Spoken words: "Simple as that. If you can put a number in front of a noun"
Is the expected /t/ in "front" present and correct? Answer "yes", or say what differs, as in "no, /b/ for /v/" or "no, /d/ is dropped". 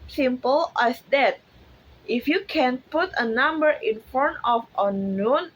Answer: no, /t/ is dropped